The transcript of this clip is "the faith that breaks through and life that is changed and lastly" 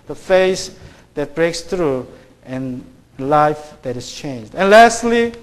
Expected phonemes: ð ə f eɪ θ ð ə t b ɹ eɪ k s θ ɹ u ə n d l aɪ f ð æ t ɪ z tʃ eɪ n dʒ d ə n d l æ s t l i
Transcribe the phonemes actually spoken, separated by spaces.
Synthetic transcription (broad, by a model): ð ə f eɪ s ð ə t b ɹ eɪ k s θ ɹ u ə n l aɪ f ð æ t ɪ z tʃ eɪ n dʒ d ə n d l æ s t l i